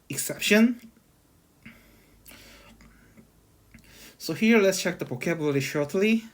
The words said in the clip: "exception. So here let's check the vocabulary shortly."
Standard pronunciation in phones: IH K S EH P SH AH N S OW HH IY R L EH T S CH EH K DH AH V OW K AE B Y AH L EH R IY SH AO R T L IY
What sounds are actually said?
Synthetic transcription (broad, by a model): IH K S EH P SH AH N S OW HH IY R L EH T S CH EH K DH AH P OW K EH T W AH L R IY SH AO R T L IY